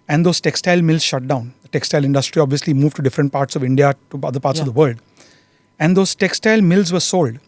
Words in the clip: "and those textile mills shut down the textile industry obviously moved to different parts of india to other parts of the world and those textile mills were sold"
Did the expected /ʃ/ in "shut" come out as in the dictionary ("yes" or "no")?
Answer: yes